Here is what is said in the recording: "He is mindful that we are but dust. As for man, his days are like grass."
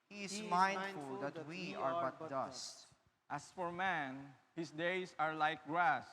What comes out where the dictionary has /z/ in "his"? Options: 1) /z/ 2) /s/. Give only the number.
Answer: 2